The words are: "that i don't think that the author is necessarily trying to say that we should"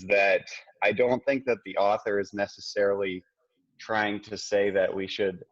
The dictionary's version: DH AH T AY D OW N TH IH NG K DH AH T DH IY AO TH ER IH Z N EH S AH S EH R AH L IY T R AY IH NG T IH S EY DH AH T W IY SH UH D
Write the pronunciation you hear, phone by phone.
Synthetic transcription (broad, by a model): DH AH T AY D OW N TH IH NG K DH AH T DH IY AO TH ER IH Z N EH S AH S EH R L IY T R AY IH NG T IH S EY DH AH T W IY SH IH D